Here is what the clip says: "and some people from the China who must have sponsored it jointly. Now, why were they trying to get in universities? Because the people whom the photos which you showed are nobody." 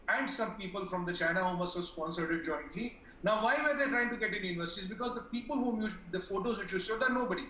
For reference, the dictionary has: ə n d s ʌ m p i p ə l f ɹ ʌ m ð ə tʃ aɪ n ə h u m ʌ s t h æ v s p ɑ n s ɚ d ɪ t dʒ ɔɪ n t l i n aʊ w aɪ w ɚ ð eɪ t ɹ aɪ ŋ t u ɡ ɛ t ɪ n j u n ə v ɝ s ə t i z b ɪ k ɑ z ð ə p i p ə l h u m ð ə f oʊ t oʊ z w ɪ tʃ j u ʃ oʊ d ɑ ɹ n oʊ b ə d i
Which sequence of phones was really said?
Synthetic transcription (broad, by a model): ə n d s ʌ m p i p ə l f ɹ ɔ m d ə tʃ aɪ n ə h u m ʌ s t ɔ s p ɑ n s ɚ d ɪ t dʒ ɔɪ n t l i n aʊ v aɪ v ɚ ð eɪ t ɹ aɪ ŋ t u ɡ ɛ t ɪ n j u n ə v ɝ s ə t i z b ɪ k ɑ z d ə p i p ə l h u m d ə f oʊ t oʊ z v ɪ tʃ j u s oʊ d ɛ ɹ n oʊ b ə d i